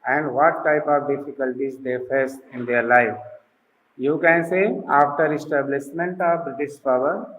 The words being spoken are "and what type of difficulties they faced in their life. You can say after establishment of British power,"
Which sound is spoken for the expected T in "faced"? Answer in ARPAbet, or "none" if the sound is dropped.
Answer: none